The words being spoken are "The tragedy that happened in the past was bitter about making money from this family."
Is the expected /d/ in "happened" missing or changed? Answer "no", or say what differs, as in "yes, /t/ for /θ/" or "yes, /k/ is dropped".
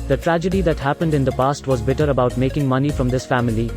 no